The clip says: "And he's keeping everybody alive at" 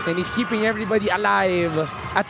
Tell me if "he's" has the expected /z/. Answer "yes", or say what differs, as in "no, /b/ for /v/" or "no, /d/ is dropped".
no, /s/ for /z/